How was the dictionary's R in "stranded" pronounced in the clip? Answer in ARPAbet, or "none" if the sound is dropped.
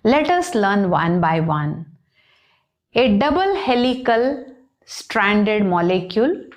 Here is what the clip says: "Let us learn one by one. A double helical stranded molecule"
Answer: R